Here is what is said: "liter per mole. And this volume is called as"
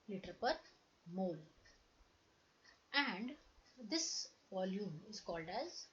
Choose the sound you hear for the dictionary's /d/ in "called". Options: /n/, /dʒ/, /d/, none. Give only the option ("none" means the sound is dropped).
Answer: /d/